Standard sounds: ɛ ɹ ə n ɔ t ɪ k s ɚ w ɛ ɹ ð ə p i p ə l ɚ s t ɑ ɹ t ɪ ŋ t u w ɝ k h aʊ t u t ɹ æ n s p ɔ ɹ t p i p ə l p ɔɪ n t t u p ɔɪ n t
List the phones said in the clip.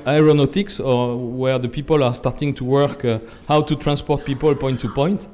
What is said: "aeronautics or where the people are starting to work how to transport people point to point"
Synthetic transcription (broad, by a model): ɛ ɹ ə n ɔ t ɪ k s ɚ w ɛ ɹ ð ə p i p ə l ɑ s t ɑ ɹ t ɪ ŋ t u w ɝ k h aʊ t u t ɹ æ n s p ɔ ɹ t p i p ə l p ɔɪ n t t u p ɔɪ n t